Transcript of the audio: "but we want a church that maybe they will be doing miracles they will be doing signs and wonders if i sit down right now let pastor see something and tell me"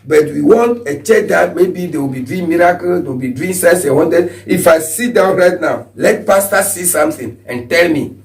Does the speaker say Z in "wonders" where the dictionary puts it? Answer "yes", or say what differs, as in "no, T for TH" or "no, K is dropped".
no, Z is dropped